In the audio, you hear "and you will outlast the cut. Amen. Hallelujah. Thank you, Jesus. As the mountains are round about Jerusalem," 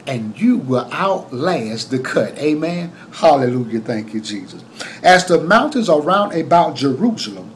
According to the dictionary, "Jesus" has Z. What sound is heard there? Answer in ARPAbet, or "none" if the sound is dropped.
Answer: Z